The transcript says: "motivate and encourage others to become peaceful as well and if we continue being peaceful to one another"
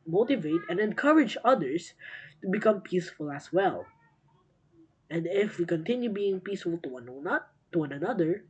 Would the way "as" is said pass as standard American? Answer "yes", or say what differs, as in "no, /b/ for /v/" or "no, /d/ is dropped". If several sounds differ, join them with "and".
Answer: no, /s/ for /z/